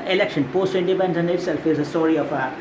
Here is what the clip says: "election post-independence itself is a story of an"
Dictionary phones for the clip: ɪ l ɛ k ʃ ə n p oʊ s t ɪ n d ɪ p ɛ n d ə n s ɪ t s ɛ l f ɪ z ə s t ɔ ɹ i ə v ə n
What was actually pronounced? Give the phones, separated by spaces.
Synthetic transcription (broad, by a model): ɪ l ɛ k ʃ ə n p oʊ s t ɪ n d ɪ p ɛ n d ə n ɪ t s ɛ l f ɪ z ə s t ɔ ɹ i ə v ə